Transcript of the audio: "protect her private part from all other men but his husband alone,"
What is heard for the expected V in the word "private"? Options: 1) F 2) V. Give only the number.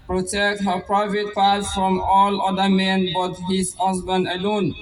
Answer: 2